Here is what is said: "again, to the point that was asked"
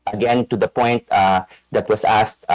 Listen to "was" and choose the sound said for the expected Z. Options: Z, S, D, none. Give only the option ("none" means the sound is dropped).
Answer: S